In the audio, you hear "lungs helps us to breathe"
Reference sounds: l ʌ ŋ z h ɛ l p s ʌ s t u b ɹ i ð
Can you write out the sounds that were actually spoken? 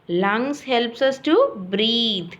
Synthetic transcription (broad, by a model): l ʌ ŋ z h ɛ l p s ʌ s t u b ɹ i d